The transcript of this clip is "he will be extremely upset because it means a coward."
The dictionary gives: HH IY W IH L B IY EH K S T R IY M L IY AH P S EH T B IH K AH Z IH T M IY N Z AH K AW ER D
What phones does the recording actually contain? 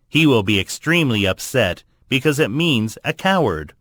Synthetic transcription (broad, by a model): HH IY W IH L B IY EH K S T R IY M L IY AH P S EH T B IH K AH Z IH T M IY N Z AH K AW ER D